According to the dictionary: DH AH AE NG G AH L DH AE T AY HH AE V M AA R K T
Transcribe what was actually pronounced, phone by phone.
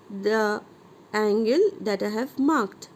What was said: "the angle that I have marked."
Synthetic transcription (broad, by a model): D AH AE NG G AH L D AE T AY HH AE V M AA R K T